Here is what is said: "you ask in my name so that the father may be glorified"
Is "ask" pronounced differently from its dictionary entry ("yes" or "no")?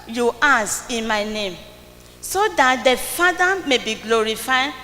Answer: yes